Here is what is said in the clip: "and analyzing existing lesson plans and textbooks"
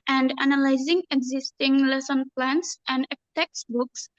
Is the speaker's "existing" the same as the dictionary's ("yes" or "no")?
yes